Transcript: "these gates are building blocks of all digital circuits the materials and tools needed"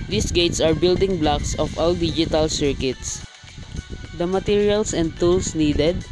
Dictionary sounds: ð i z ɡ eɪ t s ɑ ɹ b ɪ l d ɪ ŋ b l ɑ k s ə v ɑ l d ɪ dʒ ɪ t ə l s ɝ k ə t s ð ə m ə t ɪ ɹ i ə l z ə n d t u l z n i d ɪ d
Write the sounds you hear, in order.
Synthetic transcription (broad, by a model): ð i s ɡ eɪ t s ɑ ɹ b ɪ l d ɪ ŋ b l ɑ k s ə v ɑ l d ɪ dʒ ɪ t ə l s ɝ k ə t s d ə m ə t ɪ ɹ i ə l s ə n d t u l s n i d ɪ d